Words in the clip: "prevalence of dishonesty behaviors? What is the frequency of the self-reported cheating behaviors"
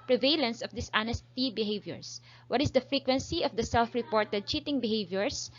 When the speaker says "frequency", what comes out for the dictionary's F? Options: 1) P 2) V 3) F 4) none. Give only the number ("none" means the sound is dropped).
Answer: 3